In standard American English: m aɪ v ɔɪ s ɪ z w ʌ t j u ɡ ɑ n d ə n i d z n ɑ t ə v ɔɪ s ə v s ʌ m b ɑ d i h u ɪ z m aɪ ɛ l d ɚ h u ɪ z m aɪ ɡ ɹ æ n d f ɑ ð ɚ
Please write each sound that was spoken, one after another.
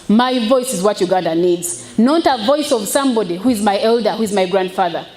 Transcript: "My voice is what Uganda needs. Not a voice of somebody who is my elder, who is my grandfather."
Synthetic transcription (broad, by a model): m aɪ v ɔɪ s ɪ z w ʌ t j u ɡ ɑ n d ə n i d z n ɑ t ə v ɔɪ s ə v s ʌ m b ɑ d i h u ɪ z m aɪ ɛ l d ɚ h u ɪ z m aɪ ɡ ɹ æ n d f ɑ ð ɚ